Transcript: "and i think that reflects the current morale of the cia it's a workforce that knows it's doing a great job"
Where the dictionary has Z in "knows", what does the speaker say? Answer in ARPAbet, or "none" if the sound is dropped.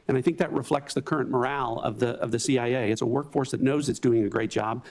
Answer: Z